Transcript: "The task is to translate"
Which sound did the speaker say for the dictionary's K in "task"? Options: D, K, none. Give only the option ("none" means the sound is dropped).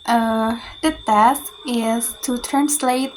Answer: none